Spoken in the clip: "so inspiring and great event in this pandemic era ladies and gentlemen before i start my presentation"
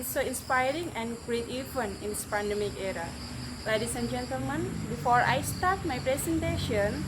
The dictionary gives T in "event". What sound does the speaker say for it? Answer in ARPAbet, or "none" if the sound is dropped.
none